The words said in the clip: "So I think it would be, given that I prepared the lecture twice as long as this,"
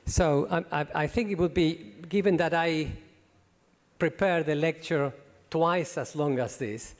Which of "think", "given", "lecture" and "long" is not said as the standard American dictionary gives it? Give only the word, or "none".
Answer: none